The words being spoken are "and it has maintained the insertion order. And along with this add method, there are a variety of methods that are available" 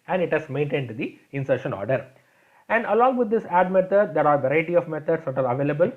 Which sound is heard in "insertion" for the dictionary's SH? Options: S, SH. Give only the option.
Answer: SH